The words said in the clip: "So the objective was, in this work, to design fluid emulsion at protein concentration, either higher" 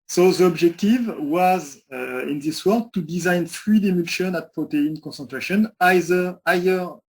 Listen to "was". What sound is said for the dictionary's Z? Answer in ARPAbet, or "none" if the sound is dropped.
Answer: Z